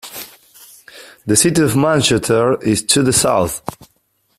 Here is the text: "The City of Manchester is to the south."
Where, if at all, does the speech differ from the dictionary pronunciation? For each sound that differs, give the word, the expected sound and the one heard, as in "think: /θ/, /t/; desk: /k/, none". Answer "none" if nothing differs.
manchester: /s/, none